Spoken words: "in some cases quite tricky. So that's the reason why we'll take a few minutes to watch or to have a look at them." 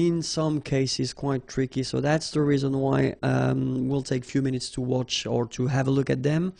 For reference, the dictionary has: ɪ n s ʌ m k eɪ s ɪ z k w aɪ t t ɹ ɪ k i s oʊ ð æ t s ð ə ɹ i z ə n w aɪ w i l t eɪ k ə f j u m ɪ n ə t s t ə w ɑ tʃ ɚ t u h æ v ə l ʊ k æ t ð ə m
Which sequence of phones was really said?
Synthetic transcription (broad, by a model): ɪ n s ʌ m k eɪ s ɪ z k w aɪ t t ɹ ɪ k i s oʊ ð æ t s ð ə ɹ i z ə n w aɪ w i l t eɪ k f j u m ɪ n ə t s t ə w ɑ tʃ ɚ t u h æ v ə l ʊ k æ t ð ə m